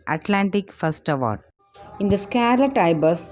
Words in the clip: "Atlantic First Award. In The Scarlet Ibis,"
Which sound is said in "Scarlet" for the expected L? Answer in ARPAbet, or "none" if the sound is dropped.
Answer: L